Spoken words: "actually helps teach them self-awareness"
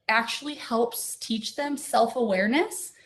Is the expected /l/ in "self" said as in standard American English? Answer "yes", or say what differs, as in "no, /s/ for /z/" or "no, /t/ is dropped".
yes